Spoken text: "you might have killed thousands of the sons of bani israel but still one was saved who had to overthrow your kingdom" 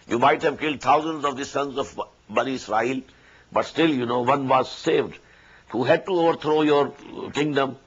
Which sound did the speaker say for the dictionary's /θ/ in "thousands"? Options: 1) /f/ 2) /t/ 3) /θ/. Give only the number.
2